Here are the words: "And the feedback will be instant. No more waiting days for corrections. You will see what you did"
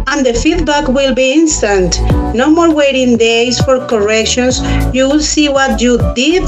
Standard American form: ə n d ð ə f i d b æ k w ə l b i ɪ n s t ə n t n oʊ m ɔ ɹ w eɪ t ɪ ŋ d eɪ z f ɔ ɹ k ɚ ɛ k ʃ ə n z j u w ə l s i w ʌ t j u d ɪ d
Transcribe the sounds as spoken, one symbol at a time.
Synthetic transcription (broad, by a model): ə n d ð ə f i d b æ k w ə l b i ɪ n s t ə n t n oʊ m ɔ ɹ w eɪ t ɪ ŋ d eɪ s f ɔ ɹ k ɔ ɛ k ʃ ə n s j u w ə l s i w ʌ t j u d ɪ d